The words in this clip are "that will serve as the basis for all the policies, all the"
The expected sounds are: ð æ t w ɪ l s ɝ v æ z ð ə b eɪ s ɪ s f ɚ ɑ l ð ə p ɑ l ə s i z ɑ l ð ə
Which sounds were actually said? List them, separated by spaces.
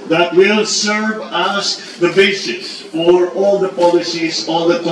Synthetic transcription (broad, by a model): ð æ t w ɪ l s ɝ v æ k ð ə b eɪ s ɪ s f ɚ ɑ l ð ə p ɑ l ə s i z ɑ l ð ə